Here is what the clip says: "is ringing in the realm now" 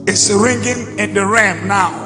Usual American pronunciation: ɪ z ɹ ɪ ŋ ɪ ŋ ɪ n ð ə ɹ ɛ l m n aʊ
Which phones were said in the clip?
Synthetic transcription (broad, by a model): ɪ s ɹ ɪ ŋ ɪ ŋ ɪ n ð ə ɹ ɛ m n aʊ